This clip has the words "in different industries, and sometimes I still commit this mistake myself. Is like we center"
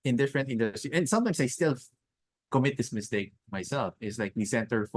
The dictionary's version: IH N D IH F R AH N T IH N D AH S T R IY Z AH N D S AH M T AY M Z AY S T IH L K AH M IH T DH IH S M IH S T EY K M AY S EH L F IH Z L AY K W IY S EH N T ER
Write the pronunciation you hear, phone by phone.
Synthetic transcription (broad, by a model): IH N D IH F R AH N T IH N D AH S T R IY AH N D S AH M T AY M S AY S T IH L K AH M IH T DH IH S M IH S T EY K M AY S EH L F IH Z L AY K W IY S EH N T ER